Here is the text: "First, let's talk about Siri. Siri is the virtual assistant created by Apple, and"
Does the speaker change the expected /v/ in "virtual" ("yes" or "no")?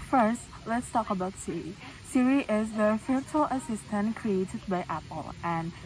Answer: yes